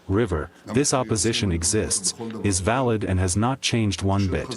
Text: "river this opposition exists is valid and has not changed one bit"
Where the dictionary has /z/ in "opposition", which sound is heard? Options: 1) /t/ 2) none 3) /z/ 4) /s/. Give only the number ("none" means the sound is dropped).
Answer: 3